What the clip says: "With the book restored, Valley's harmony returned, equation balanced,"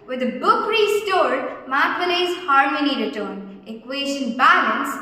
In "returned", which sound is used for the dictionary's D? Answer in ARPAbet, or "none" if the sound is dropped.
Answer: none